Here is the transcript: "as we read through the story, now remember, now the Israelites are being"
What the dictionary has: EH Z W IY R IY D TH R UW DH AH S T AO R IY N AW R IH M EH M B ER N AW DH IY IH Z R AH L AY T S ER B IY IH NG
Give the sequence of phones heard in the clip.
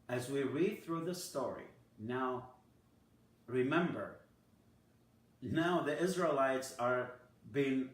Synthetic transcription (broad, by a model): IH Z W IY R IY D TH R UW DH AH S T AO R IY N AW R IH M EH M B ER N AW DH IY IH Z R AH L AY T S ER B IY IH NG